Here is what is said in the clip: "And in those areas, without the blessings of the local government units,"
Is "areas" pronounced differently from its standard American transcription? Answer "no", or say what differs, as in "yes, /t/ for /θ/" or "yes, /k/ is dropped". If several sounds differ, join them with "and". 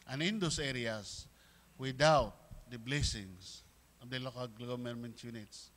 yes, /s/ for /z/